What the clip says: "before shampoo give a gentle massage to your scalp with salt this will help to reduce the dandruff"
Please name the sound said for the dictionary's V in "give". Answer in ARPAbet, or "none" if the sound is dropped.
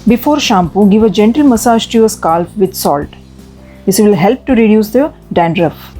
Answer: V